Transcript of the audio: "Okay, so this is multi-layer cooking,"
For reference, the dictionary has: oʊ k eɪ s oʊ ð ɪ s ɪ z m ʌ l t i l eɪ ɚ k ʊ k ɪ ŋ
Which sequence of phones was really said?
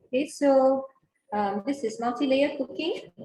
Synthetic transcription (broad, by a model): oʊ k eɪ s oʊ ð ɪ s ɪ z m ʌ n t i l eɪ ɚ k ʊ k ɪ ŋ